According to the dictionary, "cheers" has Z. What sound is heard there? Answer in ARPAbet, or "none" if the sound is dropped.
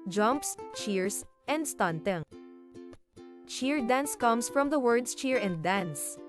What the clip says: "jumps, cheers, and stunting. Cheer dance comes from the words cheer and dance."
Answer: S